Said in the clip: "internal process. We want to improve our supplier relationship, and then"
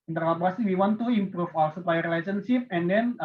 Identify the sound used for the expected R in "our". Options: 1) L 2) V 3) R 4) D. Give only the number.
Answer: 1